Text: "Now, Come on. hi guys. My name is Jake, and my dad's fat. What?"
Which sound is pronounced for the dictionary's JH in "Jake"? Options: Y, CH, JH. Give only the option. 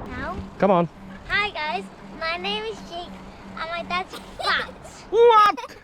CH